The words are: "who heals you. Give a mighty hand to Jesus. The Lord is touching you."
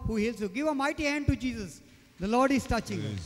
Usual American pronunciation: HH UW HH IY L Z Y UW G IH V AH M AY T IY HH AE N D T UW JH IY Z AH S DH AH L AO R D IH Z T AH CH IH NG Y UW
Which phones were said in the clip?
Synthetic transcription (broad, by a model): HH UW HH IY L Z Y UW G IH V AH M AY T IY HH AE N D T UW JH IY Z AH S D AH L AO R D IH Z T AH CH IH NG